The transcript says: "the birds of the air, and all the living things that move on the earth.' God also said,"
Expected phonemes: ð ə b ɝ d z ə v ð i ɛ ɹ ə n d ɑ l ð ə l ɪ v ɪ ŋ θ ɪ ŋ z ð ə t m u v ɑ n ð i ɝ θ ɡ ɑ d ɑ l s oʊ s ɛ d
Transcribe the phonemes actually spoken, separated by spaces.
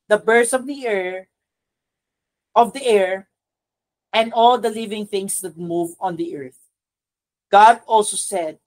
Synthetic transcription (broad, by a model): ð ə b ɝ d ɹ ə v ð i ɛ ɹ ə n d ɑ l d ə l ɪ v ɪ ŋ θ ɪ ŋ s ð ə t m u v ɑ n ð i ɝ θ ɡ ɑ d ɑ l s oʊ s ɛ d